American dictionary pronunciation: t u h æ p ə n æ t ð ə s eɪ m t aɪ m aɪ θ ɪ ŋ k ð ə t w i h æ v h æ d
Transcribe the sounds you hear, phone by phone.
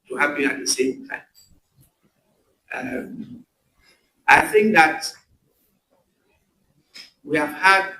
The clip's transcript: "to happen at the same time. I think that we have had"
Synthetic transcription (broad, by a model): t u h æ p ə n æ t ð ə s eɪ m t aɪ m aɪ θ ɪ ŋ k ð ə t w i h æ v h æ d